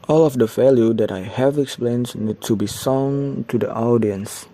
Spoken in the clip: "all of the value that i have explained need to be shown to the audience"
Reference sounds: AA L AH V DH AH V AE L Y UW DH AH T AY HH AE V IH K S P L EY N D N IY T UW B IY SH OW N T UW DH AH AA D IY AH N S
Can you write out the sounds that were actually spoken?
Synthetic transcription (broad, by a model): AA L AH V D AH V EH L Y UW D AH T AY HH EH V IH K S P L EY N N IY T UW B IY S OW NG T UW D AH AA D IY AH N S